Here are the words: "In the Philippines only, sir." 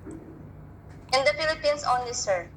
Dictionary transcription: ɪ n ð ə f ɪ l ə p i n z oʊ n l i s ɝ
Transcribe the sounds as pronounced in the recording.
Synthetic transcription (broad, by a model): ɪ n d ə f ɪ l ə p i n s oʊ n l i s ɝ